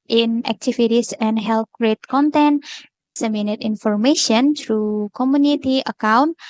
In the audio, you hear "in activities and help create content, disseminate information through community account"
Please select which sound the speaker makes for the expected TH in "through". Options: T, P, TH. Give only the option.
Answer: T